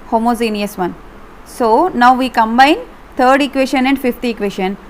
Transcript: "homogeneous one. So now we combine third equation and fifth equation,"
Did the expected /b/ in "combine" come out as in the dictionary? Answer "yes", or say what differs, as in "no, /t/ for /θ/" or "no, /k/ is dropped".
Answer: yes